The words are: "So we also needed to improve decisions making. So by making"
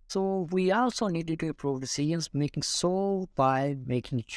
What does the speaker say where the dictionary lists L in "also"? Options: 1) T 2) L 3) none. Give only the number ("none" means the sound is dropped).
2